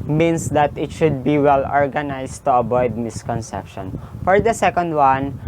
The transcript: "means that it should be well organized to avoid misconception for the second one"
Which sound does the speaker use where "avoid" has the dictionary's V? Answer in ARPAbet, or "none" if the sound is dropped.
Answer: B